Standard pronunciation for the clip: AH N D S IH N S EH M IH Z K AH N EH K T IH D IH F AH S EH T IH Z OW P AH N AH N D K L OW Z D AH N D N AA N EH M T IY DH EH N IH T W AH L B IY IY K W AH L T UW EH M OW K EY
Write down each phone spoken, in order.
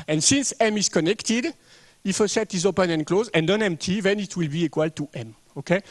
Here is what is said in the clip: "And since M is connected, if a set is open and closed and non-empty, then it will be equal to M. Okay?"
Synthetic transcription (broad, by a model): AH N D S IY N S EH M IH Z K AH N EH K T IH D IH F AH S EH T IH Z OW P AH N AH N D K L OW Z AH N D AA N EH M T IY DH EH N IH T W AH L B IY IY K W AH L T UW EH M OW K EY